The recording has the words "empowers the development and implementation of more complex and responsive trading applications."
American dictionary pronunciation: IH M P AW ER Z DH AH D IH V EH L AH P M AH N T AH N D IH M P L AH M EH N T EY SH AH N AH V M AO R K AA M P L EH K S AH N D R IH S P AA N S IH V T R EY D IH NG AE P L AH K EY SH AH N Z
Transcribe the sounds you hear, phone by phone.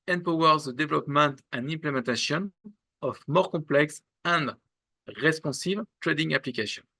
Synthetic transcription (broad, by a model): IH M P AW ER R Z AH D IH V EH L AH P M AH N T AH N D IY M P L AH M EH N T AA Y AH N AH F M AO R K AA P L EH K S AH N D R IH S P AA S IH V T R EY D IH NG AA P L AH K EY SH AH N